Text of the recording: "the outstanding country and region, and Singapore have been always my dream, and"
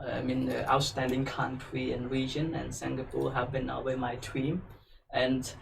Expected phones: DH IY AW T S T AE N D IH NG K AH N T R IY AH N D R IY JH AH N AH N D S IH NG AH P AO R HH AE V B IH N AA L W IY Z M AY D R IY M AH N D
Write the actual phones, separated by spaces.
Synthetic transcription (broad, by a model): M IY AW T S T AE N D IH NG K AH N T R IY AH N R IY JH AH N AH N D S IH NG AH P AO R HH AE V B IH N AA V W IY M AY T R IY M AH N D